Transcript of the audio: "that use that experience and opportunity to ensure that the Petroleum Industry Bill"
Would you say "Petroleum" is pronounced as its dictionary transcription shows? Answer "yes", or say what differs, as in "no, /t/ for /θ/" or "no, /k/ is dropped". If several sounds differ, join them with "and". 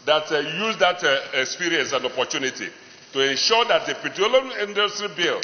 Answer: no, /ɹ/ is dropped